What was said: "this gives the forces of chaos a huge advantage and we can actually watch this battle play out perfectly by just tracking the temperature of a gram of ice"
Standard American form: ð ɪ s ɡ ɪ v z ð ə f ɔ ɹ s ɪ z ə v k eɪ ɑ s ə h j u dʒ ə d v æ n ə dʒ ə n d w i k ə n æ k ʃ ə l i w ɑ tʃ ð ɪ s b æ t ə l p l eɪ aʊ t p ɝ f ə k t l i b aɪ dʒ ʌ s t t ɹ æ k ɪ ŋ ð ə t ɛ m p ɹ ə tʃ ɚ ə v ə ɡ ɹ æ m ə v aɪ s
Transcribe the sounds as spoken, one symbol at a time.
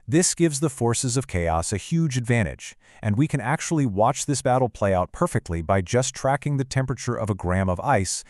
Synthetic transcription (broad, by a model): ð ɪ s ɡ ɪ v z ð ə f ɔ ɹ s ɪ z ə v k eɪ ɑ s ə h j u dʒ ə d v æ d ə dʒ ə n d w i k ə n æ k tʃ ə l i w ɑ tʃ ð ɪ s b æ t l p l eɪ aʊ t p ɝ f ə k t l i b aɪ dʒ ʌ s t t ɹ æ k ɪ ŋ ð ə t ɛ m p ɹ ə tʃ ɚ ə v ə ɡ ɹ æ m ə v aɪ s